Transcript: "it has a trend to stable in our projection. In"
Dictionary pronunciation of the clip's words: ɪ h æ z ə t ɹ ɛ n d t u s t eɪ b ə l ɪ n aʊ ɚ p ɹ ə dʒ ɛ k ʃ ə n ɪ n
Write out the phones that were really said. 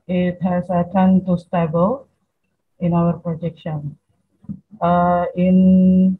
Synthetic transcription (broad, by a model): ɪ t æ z ə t ɑ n t u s t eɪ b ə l ɪ n aʊ ɚ p ɹ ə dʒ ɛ k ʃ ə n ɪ n